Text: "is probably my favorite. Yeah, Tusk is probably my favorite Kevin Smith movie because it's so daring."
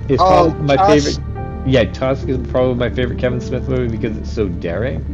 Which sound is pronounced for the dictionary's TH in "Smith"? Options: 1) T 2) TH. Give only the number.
2